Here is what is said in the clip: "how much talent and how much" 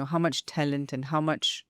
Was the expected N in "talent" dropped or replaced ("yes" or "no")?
no